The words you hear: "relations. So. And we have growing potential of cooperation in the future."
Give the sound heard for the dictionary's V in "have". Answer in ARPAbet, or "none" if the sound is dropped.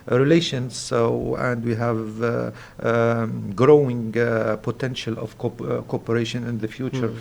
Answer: V